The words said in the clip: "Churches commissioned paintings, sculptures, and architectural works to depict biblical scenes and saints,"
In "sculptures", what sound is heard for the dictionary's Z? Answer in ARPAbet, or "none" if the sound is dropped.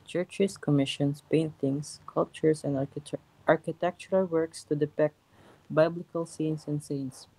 S